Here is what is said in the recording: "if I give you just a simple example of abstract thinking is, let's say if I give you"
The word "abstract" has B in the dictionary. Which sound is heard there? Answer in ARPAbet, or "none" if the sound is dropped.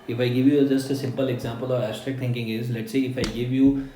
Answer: none